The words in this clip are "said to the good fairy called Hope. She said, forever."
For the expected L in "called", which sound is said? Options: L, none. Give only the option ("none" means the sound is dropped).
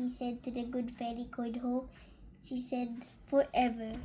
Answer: none